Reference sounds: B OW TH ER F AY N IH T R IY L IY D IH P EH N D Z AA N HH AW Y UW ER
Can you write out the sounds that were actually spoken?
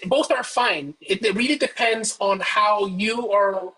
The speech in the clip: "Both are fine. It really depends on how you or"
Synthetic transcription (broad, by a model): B OW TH ER F AY N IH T R IY L IY D IH P EH N D Z N HH AW Y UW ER